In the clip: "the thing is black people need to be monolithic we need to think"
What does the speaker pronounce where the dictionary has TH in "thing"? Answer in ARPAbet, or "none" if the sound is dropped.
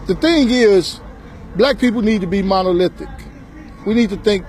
TH